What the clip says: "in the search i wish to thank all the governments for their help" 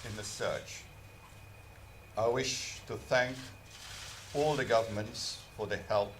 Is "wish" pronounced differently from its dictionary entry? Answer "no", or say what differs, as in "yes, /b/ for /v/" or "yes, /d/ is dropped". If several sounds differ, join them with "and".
no